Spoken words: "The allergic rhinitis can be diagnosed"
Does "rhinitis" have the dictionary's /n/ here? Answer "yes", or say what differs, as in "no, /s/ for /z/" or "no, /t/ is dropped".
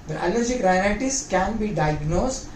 no, /l/ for /n/